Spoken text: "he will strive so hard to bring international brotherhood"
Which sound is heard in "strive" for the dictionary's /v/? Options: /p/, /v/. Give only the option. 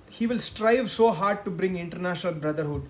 /v/